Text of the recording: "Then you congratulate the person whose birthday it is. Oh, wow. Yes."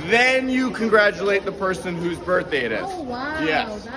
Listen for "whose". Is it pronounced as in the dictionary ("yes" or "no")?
yes